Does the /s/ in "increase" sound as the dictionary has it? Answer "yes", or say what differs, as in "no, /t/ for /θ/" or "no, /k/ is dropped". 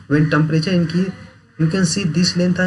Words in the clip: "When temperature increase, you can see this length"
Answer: no, /s/ is dropped